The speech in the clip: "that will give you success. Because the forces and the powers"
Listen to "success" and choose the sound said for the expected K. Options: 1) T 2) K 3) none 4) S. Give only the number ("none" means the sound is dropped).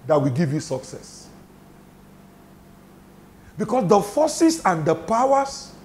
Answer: 2